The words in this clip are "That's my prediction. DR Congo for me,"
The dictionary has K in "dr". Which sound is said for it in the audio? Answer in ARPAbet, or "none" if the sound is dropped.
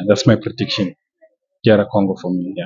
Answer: none